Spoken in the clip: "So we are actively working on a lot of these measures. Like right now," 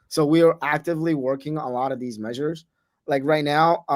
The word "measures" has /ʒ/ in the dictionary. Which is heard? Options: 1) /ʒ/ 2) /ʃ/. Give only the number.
1